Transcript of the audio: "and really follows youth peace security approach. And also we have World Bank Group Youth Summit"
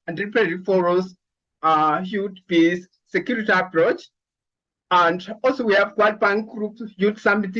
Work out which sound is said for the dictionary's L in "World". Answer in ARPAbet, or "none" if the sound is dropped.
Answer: none